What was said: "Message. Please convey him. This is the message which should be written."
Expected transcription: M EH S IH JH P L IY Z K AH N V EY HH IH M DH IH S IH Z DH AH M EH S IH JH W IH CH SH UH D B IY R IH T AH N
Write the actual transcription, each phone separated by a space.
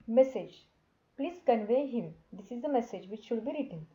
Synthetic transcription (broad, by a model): M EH S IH JH P L IY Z K AH N V EY HH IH M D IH S IH Z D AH M EH S IH JH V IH CH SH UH D B IY R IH T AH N